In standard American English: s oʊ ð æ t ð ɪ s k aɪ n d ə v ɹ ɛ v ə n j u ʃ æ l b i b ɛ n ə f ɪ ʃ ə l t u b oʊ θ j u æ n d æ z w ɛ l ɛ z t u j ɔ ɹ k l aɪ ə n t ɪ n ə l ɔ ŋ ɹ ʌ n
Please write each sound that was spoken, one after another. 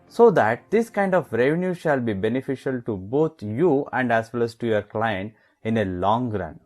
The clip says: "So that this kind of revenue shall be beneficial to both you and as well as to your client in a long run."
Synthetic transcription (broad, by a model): s oʊ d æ t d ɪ s k aɪ n d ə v ɹ ɛ v ə n j u ʃ æ l b i b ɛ n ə f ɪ ʃ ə l t u b oʊ t j u æ n d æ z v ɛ l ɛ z t u j ɔ ɹ k l aɪ ə n t ɪ n ə l ɔ ŋ ɹ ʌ n